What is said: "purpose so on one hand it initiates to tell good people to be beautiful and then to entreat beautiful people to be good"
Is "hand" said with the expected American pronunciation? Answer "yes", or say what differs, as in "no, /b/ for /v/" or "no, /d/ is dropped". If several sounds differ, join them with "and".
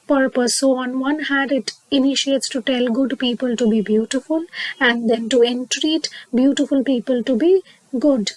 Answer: no, /n/ is dropped